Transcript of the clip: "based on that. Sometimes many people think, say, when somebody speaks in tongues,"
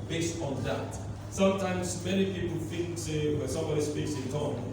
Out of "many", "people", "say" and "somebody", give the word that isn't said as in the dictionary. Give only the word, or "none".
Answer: none